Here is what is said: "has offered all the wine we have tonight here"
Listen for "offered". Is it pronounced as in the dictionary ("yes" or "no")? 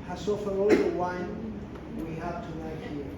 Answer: no